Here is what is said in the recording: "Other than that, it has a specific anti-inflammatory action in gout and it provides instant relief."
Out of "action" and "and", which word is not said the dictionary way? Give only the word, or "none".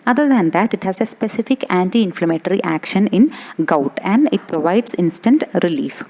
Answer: none